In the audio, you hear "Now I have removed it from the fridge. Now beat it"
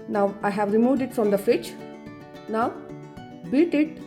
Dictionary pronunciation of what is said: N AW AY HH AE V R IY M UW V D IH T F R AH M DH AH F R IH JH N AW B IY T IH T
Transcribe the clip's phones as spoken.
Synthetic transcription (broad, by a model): N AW AY HH AE V R IY M UW V D IH T F R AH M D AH F IH CH N AW B IY T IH T